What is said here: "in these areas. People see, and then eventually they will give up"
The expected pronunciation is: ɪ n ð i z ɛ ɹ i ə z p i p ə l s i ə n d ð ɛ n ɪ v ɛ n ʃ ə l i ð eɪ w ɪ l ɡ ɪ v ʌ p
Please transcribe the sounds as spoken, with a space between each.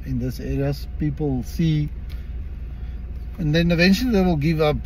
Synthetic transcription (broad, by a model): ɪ n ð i s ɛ ɹ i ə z p i p ə l s i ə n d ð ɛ n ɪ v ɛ n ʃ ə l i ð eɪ w ɪ l ɡ ɪ v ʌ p